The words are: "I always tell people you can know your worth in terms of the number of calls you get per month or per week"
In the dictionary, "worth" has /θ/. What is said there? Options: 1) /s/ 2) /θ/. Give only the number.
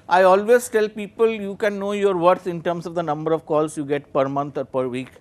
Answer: 1